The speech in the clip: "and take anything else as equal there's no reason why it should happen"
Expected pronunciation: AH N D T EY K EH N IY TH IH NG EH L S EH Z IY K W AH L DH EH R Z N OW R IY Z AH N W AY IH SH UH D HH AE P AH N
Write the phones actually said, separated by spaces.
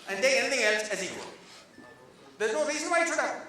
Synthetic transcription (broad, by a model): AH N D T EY EH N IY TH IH NG EH L S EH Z IY K W AH L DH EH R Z N OW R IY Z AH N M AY IH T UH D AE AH